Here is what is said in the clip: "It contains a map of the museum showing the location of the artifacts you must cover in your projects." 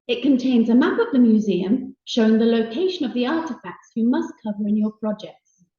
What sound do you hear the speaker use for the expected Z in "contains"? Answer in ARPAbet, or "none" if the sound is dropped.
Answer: Z